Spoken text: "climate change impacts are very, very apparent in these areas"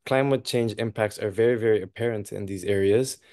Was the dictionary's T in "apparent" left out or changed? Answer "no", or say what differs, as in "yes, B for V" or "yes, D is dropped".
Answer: no